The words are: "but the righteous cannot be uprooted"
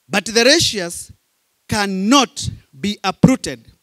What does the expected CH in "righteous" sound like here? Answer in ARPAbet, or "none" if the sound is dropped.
SH